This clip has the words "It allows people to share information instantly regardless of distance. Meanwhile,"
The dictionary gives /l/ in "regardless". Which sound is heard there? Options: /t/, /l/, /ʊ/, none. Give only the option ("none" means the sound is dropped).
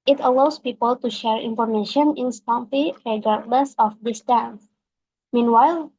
/l/